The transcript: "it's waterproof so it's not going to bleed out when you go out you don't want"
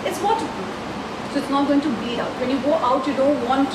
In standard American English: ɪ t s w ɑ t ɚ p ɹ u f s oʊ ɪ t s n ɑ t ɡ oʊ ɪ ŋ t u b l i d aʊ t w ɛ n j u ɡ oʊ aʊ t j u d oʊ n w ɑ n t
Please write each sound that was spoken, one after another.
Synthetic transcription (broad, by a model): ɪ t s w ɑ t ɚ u s oʊ ɪ t s n ɑ t ɡ oʊ ɪ ŋ t u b i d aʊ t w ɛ n j u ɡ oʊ aʊ t j u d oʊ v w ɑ n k